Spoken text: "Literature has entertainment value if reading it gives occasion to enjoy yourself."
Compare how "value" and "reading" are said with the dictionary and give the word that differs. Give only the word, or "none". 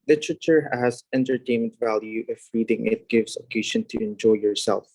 none